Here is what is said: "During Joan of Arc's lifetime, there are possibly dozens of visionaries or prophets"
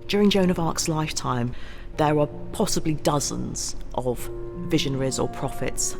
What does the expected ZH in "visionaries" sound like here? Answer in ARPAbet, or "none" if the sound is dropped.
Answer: ZH